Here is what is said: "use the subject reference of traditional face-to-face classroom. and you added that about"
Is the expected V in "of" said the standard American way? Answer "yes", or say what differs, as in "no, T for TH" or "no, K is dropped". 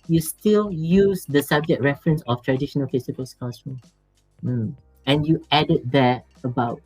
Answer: no, F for V